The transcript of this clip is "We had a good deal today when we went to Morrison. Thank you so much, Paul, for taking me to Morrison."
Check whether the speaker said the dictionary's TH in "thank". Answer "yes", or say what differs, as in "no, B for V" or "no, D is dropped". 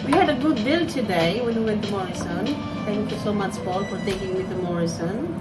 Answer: no, T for TH